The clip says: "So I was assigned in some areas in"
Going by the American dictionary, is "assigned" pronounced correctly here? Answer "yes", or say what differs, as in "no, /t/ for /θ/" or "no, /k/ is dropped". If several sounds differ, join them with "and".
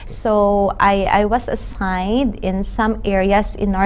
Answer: yes